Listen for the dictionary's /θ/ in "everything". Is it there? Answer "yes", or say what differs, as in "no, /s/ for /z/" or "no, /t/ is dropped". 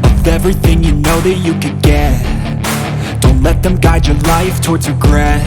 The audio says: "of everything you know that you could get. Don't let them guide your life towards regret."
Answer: yes